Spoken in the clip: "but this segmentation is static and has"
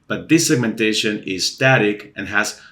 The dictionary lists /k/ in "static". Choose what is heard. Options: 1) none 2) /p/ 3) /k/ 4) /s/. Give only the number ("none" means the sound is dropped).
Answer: 3